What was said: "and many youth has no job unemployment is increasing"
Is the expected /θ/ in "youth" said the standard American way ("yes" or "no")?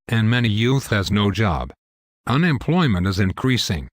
yes